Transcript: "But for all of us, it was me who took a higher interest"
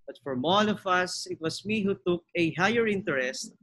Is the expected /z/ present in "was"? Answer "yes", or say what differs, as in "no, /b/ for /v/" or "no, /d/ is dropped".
no, /s/ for /z/